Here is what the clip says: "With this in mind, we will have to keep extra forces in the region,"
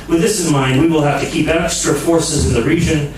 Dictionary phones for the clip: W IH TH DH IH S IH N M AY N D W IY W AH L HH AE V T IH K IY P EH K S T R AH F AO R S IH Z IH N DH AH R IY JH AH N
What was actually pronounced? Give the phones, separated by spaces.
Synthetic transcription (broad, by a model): W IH DH IH S IH N M AY N D W IY W AH L HH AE F T IH K IY P EH K S T R AH F AO R S IH Z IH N DH AH R IY JH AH N